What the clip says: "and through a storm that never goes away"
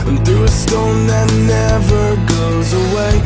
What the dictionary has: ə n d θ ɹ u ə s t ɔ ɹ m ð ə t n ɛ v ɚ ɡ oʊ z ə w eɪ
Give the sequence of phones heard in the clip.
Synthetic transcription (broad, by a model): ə n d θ u ə s t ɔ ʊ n ð ə t n ɛ v ɚ ɡ oʊ z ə w eɪ